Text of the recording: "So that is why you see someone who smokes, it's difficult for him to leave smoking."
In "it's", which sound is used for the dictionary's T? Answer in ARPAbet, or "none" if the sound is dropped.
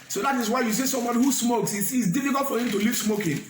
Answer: S